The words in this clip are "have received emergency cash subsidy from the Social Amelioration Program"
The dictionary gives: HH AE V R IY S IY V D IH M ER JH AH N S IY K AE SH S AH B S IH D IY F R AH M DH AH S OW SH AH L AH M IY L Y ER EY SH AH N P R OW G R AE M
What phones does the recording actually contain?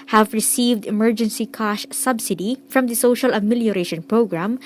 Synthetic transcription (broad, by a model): HH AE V R IY S IY V D IH M ER JH AH N S IY K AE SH S AH B S IH D IY F R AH M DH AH S OW SH AH L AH M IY L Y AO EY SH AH N P R OW G R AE M